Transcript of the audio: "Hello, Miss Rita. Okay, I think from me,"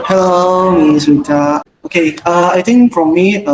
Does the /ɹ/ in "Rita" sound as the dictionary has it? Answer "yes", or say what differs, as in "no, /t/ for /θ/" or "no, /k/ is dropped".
no, /w/ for /ɹ/